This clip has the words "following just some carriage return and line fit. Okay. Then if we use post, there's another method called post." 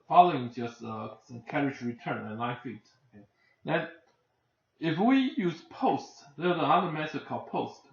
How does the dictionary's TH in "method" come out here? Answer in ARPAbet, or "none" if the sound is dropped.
S